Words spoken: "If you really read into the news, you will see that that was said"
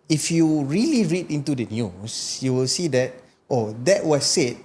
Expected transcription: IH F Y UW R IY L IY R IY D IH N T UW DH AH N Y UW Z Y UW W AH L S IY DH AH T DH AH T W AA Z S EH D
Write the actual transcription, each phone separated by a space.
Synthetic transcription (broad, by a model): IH F Y UW R IY L IY R IY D IH N T UW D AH N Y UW S Y UW W AH L S IY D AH T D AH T W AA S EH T